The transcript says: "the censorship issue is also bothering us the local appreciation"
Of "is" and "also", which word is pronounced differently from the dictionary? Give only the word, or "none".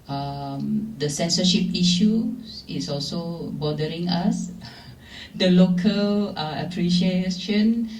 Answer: is